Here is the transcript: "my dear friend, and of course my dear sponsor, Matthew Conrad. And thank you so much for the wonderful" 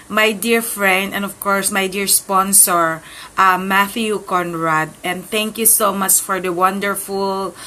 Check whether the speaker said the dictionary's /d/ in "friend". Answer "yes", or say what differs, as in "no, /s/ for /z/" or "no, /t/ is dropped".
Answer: yes